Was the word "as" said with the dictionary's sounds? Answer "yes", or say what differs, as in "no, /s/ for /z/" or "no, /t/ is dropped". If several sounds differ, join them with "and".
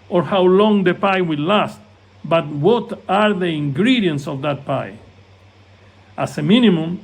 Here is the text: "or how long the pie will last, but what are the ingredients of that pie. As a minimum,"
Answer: no, /s/ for /z/